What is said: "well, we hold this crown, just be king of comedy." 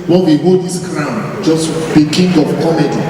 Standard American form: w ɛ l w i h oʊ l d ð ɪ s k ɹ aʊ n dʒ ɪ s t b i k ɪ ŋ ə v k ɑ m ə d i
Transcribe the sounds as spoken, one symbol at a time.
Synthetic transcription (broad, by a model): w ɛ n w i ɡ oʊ d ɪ s k ɹ aʊ n dʒ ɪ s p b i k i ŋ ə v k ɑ m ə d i